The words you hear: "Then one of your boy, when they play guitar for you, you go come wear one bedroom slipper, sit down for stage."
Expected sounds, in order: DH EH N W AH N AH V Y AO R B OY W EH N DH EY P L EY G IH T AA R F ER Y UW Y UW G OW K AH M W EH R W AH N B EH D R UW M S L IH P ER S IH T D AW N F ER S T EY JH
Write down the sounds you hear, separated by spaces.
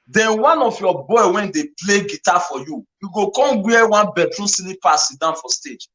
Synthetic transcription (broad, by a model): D EH N W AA N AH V Y AO B OY W EH N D EY P L EY G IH T AA F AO Y UW Y UW G OW K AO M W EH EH W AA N B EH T R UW S N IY P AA S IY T D AW N F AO S T EY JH